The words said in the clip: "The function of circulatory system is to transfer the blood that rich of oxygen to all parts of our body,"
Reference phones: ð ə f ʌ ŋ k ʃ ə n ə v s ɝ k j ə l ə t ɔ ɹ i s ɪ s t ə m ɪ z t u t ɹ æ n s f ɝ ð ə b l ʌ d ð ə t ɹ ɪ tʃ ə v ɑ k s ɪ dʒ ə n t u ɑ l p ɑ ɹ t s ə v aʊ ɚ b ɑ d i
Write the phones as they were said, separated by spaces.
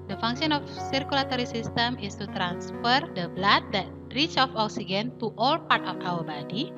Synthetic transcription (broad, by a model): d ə f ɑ ŋ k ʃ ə n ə f s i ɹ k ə l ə t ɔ ɹ i s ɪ s t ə m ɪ s t u t ɹ æ n s f ɝ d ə b l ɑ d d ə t ɹ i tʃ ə f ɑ k s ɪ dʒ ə n t u ɑ l p ɑ ɹ t ə f aʊ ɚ b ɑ d i